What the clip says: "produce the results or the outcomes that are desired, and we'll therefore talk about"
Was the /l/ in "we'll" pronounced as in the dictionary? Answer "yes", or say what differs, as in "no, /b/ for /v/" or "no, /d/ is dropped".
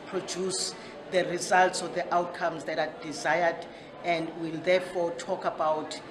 yes